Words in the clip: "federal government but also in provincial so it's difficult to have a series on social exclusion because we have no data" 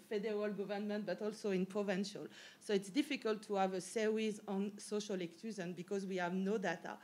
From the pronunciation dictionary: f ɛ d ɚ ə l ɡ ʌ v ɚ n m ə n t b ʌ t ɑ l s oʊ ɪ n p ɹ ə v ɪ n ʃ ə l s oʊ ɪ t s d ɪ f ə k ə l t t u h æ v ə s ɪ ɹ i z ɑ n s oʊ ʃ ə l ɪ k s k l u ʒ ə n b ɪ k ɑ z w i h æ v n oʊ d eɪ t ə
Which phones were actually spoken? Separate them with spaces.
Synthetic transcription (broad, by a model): f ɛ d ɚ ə l ɡ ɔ v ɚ n m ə n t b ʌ t ɑ l s oʊ ɪ n p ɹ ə v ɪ n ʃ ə l s oʊ ɪ t s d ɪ f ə k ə l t t u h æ v ə s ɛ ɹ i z ɑ n s oʊ ʃ ə l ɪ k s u z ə n b ɪ k ɑ z w i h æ v n oʊ d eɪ t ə